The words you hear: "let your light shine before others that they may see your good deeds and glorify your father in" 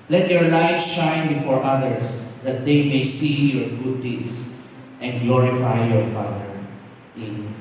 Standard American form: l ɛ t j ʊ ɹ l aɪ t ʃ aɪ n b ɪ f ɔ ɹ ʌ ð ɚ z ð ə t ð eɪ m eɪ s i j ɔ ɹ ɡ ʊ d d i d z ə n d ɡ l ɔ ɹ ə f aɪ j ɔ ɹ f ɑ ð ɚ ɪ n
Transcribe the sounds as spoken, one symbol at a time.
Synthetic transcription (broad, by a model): l ɛ t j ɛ ɹ l aɪ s ʃ aɪ n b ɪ f ɔ ɹ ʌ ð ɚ s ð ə t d eɪ m eɪ s i j ɔ ɹ ɡ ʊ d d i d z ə n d ɡ l ɔ ɹ ə f aɪ j ɔ ɹ f ɑ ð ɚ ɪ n